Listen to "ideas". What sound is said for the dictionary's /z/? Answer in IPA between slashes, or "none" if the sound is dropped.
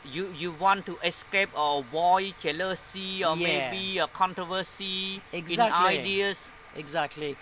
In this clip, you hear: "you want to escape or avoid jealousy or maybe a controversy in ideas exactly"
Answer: /s/